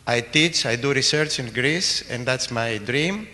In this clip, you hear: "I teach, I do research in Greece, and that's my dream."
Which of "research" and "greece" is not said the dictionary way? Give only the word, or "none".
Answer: none